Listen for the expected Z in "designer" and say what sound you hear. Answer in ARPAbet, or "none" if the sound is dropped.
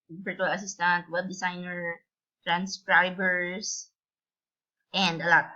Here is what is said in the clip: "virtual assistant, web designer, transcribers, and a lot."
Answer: S